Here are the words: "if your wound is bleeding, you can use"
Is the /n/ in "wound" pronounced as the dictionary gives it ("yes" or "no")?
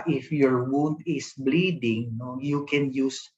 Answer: yes